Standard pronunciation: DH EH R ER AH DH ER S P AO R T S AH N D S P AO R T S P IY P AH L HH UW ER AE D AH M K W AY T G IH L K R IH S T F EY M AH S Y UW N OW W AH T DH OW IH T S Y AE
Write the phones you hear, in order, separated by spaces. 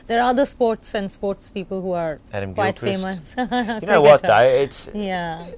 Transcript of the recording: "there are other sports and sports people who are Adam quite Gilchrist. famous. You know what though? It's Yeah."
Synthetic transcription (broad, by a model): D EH R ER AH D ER S P AO R T S AH N D S P AO R T S P IY P AH L HH UW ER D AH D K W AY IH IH T F EY M AH S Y N OW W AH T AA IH IH T S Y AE